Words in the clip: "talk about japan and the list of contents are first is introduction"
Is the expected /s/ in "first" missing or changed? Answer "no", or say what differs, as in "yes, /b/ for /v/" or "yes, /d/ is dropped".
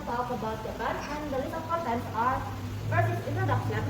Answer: yes, /s/ is dropped